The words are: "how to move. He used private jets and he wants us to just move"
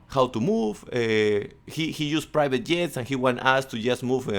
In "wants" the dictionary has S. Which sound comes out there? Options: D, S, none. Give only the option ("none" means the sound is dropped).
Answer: none